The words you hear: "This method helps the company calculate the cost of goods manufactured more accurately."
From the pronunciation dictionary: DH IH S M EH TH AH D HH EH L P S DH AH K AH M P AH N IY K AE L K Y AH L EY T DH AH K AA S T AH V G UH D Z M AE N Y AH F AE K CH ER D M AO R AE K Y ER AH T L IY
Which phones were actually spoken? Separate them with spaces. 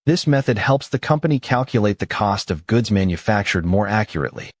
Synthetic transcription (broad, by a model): DH IH S M EH TH AH D HH EH L P S DH AH K AH M P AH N IY K AE L K Y AH L EY T DH AH K AA S T AH V G UH D Z M AE N Y AH F AE K CH ER D M AO R AE K Y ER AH T L IY